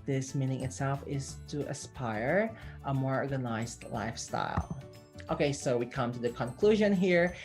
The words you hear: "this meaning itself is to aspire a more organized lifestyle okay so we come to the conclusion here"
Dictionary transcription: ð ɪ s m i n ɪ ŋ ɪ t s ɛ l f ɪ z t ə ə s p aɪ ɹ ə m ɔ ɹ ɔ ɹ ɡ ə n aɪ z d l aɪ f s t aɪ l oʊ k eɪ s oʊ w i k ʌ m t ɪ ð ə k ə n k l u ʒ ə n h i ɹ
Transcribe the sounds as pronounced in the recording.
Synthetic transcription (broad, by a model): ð ɪ s m i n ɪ ŋ ɪ t s ɛ l f ɪ z t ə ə s p aɪ ɹ ə m ɔ ɹ ɔ ɹ ɡ ə n aɪ z d l aɪ f s t aɪ l oʊ k eɪ s oʊ w i k ʌ m t ɪ ð ə k ə n k l u ʒ ə n h i ɹ